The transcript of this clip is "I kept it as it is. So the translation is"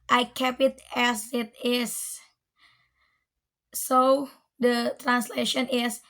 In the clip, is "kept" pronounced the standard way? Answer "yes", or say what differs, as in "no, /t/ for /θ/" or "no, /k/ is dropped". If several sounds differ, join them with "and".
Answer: no, /t/ is dropped